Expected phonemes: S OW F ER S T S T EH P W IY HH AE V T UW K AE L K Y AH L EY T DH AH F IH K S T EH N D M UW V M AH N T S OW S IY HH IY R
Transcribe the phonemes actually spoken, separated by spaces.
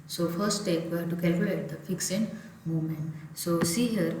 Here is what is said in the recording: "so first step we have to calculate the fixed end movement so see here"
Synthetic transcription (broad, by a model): S OW F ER T S T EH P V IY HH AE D T UW K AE L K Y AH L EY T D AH F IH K S EH N D M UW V M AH N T S OW S IY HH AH R